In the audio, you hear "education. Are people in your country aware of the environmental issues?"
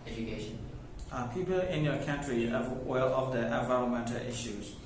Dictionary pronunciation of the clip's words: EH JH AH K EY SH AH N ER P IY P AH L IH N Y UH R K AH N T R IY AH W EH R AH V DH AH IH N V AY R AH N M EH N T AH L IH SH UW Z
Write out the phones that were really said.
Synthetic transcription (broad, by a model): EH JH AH K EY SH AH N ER P IY P AH L IH N Y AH K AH N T R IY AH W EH L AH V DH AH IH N V AY R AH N M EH N T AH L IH SH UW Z